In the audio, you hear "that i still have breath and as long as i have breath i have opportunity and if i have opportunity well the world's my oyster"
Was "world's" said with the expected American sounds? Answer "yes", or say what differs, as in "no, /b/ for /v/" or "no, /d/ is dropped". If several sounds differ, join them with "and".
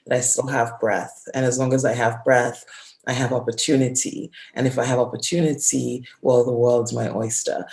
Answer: yes